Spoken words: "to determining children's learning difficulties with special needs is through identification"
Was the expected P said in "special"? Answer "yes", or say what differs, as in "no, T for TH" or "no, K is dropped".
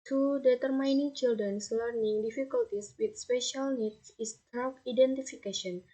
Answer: yes